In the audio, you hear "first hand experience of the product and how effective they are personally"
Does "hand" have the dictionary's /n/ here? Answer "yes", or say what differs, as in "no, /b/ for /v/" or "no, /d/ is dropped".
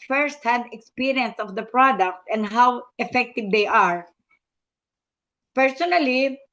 no, /n/ is dropped